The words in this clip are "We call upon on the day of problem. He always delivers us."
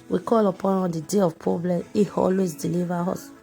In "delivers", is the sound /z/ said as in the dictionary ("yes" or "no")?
no